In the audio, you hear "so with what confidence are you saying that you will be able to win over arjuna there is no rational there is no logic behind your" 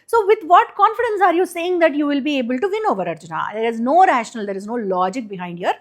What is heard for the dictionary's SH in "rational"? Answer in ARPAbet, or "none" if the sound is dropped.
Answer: SH